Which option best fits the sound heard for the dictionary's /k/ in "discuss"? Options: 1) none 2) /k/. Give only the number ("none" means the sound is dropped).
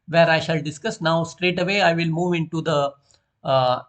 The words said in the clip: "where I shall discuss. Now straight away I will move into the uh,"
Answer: 2